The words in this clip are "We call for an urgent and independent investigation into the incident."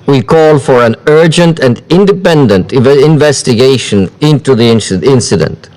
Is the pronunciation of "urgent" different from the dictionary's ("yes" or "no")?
no